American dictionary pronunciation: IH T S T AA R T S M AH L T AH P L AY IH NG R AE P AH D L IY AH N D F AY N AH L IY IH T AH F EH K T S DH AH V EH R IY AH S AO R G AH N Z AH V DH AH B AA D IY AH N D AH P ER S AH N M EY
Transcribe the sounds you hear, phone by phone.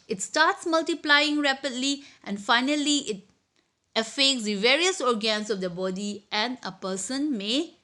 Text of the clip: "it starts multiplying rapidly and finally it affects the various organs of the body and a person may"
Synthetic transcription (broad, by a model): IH T S T AA T S M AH L T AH P L AY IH NG R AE P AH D L IY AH N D F AY N AH L IY IH T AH F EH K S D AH V EH R IY AH S AO R G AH N S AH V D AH B AA D IY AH N AH P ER S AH N M EY